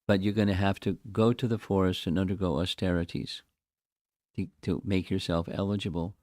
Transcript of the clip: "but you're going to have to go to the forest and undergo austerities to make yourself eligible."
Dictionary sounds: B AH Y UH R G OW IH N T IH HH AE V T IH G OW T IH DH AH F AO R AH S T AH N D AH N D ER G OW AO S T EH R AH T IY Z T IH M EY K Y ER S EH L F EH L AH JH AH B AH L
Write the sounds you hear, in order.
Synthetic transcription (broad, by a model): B AH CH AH R G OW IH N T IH HH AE F T IH G OW T IH DH AH F AO R AH S T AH N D AH N D ER G OW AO S T EH R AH T IY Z T IH M EY K Y ER S EH L F EH L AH JH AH B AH L